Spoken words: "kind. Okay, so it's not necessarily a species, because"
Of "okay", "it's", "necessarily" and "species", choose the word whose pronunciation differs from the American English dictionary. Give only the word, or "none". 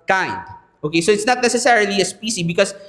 species